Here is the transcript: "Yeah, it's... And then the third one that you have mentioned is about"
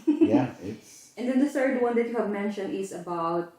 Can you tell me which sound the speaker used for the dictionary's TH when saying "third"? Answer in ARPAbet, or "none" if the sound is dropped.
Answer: TH